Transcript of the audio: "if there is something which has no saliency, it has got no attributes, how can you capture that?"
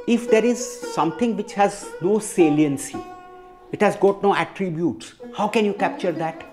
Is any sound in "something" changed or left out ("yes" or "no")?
yes